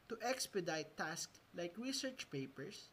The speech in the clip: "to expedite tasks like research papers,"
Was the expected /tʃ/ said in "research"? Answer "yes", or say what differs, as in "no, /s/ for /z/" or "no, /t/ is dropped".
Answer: yes